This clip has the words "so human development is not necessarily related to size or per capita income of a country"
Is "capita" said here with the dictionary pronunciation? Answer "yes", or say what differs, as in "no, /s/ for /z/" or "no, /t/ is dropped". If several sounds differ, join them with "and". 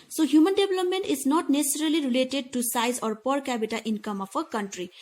no, /b/ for /p/